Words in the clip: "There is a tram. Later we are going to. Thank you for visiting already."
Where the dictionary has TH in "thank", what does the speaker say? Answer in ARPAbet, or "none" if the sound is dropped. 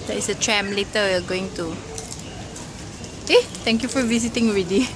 T